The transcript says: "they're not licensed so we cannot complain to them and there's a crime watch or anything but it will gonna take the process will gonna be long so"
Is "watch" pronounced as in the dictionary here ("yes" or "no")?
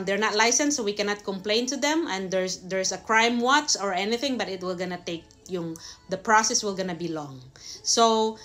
no